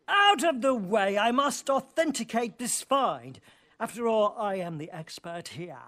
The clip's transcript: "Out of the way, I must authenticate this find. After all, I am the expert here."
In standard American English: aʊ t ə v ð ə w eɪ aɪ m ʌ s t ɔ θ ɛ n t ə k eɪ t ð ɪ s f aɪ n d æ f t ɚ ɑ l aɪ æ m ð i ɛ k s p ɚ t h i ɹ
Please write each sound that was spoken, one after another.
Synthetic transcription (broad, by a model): aʊ t ə v ð ə w eɪ aɪ m ʌ s t ɔ θ ɛ n t ə k eɪ t ð ɪ s f aɪ n d æ f t ɚ ɑ l aɪ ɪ m ð i ɛ k s p ɚ t h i ɹ